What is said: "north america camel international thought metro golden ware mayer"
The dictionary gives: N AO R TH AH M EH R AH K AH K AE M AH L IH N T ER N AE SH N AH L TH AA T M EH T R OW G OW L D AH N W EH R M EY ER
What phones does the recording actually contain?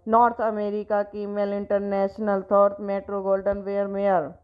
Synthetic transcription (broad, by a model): N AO R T AH M EH R AH K AH K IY M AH L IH N T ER N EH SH N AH L T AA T M EH T R OW G OW L D AH N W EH R M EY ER